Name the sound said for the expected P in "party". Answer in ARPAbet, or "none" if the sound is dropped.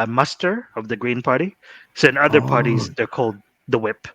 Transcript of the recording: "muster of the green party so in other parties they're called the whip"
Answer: P